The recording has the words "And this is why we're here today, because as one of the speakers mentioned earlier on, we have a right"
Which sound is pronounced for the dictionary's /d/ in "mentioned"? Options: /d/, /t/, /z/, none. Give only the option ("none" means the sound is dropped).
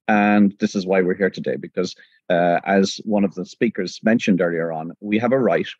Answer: /d/